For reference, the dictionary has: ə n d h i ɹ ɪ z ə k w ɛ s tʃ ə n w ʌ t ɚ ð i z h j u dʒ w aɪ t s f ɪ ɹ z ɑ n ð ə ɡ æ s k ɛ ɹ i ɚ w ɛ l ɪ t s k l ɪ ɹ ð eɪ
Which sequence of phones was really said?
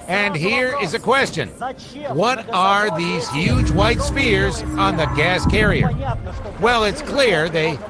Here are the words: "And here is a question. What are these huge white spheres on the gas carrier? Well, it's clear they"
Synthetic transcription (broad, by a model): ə n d h i ɹ ɪ z ə k w ɛ s tʃ ə n w ʌ t ɚ ð i z h j u dʒ w aɪ t s p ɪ ɹ z n ð ə ɡ æ s k ɛ ɹ i ɚ w ɛ l ɪ t s k l ɪ ɹ ð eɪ